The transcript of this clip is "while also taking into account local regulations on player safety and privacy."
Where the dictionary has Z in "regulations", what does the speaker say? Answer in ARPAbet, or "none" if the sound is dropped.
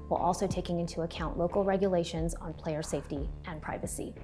Z